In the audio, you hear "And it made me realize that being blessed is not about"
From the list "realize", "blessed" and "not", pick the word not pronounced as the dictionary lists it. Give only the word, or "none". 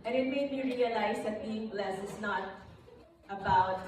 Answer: blessed